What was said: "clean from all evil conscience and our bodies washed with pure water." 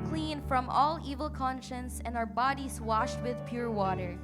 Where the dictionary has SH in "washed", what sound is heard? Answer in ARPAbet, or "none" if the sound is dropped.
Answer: SH